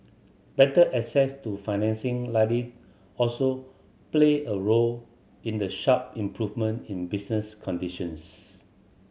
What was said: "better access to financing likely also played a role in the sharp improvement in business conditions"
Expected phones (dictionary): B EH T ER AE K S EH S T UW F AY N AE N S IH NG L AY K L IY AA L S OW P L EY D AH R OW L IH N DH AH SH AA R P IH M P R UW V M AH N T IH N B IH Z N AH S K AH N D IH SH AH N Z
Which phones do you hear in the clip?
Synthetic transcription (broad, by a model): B EH T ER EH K S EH S T UW F AY N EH N S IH NG L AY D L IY AA L S OW P L EY AH R OW L IH N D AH SH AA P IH M P R UW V M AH N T IH N B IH S N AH S K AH N D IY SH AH N S